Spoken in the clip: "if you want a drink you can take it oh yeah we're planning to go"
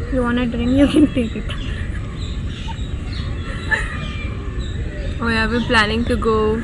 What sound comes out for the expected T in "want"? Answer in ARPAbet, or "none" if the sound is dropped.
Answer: none